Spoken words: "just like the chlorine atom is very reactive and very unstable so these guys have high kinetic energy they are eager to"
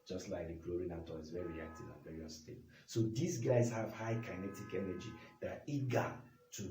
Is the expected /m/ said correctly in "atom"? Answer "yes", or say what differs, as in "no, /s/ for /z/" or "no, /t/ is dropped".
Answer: no, /m/ is dropped